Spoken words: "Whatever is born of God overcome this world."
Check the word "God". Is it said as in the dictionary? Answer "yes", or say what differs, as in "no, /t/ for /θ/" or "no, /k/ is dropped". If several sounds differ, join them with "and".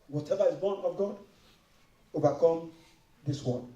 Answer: yes